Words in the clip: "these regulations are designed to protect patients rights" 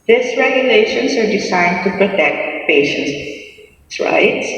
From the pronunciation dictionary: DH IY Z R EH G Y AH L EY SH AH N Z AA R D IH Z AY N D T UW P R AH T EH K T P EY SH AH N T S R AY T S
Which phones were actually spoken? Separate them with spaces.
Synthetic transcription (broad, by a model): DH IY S R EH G Y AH L EY SH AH N S AA R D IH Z AY N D T UW P R AH T EH K T P EY SH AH N S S R AY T S